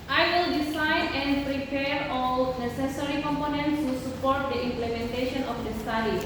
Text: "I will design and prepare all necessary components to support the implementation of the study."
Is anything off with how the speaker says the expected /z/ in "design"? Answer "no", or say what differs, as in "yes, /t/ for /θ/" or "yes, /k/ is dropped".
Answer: yes, /s/ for /z/